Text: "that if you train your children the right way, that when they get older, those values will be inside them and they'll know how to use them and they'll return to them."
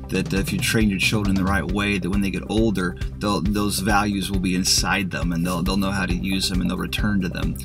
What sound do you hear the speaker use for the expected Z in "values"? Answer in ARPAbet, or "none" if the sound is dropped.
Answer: Z